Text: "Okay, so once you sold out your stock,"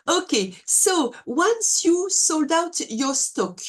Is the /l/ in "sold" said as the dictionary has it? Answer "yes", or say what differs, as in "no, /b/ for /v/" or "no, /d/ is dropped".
yes